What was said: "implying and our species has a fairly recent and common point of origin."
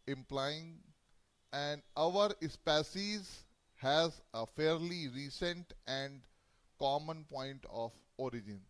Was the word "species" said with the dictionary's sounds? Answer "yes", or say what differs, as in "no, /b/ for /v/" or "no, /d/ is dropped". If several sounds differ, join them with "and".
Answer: no, /s/ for /ʃ/